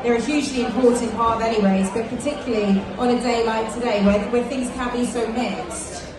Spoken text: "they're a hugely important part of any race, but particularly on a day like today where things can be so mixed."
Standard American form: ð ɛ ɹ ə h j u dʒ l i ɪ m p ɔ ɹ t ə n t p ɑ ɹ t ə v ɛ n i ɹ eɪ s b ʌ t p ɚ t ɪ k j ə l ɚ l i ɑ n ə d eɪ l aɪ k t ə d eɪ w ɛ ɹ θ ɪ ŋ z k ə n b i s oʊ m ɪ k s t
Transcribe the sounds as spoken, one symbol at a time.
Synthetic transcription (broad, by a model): ð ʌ ɹ ə h j u dʒ l i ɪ m p ɔ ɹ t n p ɑ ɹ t ə v ɛ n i w eɪ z b ʌ t p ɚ t ɪ k j l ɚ l i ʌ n ə d eɪ l aɪ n t ə d eɪ w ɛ w θ ɪ ŋ z k ə n b i s oʊ m ɪ k s t